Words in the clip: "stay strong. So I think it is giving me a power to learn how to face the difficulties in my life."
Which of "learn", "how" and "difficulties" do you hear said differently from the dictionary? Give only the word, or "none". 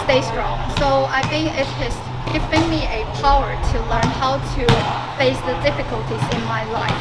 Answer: none